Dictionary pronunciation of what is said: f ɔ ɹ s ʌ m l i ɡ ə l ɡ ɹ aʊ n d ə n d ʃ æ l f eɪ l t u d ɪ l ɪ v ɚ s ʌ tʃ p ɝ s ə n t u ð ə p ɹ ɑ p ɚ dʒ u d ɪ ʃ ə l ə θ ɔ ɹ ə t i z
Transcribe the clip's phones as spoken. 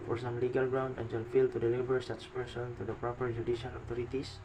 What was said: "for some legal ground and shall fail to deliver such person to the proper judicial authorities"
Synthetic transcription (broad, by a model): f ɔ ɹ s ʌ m l i ɡ ə l ɡ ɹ aʊ n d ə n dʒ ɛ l f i l t u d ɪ l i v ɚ s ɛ s p ɝ s ə n t u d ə p ɹ ɑ p ɚ dʒ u d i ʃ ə l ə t ɔ ɹ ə t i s